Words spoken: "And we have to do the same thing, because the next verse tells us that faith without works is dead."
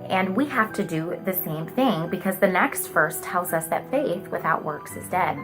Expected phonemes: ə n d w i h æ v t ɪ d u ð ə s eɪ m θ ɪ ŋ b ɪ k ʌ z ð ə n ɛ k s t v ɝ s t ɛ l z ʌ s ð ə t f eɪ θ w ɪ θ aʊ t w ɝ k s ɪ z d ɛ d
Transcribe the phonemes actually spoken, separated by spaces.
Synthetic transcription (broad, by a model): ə n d w i h æ f t ɪ d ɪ ð ə s eɪ m θ ɪ ŋ b ɪ k ʌ z ð ə n ɛ k s t f ɝ s t ɛ l z ʌ s ð ə t f eɪ θ w ɪ θ aʊ t w ɝ k s ɪ z d ɛ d